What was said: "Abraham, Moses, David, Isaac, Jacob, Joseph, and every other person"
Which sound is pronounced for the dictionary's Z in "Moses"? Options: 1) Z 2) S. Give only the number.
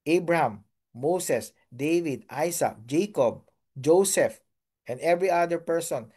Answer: 2